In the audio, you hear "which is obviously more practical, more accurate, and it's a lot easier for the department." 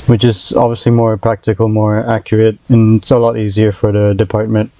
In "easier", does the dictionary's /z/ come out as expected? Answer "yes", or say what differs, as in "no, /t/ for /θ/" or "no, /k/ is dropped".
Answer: yes